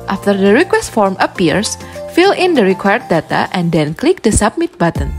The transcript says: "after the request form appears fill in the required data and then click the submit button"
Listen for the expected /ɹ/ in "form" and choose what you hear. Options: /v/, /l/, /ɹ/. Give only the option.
/ɹ/